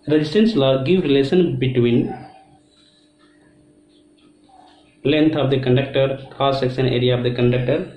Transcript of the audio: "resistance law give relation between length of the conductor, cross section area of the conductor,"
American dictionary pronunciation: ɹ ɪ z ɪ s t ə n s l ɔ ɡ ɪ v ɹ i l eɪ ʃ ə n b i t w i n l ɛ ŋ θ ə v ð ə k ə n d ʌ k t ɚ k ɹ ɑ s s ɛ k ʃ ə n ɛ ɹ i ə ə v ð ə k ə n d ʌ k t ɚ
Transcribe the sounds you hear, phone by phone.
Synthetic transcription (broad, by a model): ɹ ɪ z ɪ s t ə n s l ɔ ɡ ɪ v ɹ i l eɪ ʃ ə n b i t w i n l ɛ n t ə v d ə k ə n d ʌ k t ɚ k ɑ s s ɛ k s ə n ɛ ɹ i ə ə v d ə k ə n d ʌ k t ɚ